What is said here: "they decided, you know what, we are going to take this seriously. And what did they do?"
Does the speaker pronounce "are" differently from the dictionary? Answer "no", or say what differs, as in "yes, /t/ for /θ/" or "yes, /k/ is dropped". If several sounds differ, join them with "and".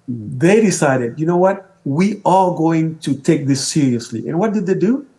yes, /l/ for /ɹ/